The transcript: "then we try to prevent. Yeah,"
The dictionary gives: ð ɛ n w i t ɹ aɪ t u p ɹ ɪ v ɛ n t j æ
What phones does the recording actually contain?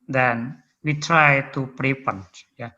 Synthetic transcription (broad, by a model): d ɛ n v i t ɹ aɪ t u p ɹ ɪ p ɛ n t j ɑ